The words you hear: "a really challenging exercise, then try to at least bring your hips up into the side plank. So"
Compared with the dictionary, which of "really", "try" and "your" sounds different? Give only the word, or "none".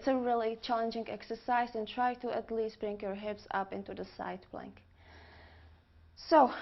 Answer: none